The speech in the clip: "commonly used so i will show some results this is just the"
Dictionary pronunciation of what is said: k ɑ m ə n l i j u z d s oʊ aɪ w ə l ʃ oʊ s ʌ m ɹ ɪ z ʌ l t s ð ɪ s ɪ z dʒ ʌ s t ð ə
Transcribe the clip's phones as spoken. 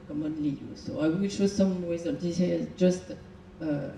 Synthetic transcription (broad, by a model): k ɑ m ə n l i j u s oʊ aɪ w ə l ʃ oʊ s ʌ m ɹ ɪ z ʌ n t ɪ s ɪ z dʒ ʌ s t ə